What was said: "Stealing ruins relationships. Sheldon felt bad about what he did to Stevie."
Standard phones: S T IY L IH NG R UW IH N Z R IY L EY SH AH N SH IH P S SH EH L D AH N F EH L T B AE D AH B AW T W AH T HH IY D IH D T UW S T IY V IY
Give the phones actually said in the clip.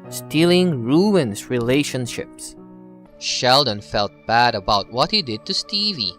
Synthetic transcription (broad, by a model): S T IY L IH NG R UW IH N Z R IY L EY SH AH N SH IH P S SH EH L D AH N F EH L T B AE D AH B AW T W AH T HH IY D IH D T UW S T IY V IY